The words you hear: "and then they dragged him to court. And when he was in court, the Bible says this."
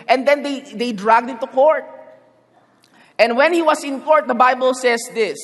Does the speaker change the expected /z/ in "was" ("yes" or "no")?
yes